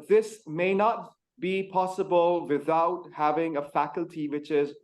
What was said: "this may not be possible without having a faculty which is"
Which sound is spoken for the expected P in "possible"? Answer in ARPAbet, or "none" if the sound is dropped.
P